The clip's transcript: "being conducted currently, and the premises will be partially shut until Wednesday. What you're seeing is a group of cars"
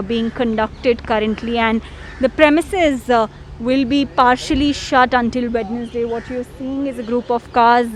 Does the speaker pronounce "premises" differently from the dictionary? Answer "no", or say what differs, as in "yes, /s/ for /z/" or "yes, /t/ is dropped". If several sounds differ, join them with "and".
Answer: no